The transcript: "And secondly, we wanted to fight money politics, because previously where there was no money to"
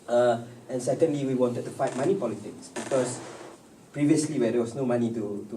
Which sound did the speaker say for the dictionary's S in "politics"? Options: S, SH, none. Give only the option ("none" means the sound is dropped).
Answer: S